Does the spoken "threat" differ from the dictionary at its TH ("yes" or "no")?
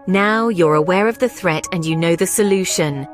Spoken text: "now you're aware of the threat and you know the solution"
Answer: no